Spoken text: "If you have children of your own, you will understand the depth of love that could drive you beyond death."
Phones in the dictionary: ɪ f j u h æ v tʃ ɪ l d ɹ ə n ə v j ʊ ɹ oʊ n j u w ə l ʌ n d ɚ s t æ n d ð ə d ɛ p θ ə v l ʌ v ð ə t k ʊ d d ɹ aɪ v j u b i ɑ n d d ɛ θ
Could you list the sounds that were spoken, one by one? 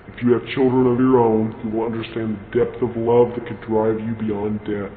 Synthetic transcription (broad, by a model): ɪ f j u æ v tʃ ɪ l d ɹ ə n ə v j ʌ ɹ oʊ n j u w ə l ʌ n d ɚ s t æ n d ð ə d ɛ p θ ə v l ʌ v ð ə t k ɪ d d ɹ aɪ v j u b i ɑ n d d ɛ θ